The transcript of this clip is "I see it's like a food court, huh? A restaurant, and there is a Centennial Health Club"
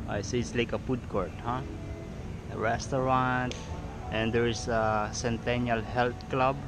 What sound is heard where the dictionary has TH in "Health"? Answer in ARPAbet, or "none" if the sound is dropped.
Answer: T